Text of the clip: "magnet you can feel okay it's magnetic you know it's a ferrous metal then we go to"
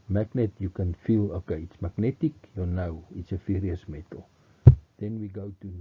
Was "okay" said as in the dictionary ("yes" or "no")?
yes